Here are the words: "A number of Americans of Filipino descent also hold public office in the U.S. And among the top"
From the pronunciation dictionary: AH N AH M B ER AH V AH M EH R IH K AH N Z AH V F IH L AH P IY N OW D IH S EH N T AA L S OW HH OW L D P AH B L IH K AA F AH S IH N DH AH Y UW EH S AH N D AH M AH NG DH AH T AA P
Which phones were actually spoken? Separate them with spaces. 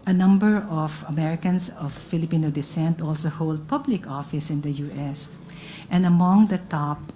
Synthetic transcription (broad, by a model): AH N AH M B ER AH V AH M EH R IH K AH N S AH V F IH L AH P IY N OW D IH S EH N T AA L S OW HH OW L D P AH B L IH K AA F AH S IH N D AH Y UW EH S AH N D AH M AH NG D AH T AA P